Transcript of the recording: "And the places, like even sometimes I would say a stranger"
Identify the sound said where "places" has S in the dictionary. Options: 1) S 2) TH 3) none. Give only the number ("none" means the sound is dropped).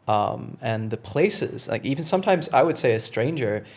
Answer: 1